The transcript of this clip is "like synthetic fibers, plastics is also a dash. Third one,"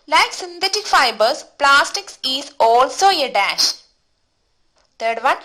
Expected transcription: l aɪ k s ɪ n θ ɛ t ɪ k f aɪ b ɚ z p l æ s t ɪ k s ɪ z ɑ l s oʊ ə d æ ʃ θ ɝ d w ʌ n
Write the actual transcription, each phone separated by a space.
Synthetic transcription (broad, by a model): l aɪ k s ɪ n t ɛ t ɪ k f aɪ b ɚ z p l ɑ s t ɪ k s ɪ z ɑ l s oʊ ə d æ ʃ t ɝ d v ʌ n